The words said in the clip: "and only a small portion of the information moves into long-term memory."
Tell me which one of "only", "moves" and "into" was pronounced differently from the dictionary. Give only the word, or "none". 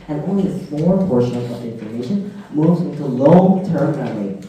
none